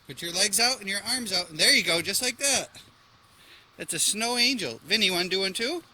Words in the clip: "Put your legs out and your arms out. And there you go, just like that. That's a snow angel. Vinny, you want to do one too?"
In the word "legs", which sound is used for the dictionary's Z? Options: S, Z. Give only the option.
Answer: Z